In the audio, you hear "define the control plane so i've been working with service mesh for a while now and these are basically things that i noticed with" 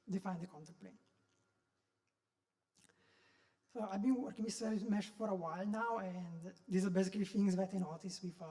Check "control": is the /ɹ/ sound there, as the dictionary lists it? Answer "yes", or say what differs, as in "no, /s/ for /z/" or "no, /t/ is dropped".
no, /ɹ/ is dropped